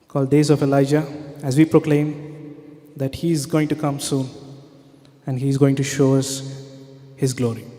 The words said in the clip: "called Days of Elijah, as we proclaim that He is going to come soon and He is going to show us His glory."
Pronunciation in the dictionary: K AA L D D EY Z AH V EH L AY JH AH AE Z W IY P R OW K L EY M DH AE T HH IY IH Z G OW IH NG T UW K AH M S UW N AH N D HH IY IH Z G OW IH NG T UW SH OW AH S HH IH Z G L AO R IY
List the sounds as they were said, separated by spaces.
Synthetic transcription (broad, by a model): K AA L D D EY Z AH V EH L AY JH AH AE Z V IY P R OW K L EY M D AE T HH IY IH Z G OW IH NG T UW K AH M S UW N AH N D HH IY IH Z G OW IH NG T UW SH OW AH S HH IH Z G L AO R IY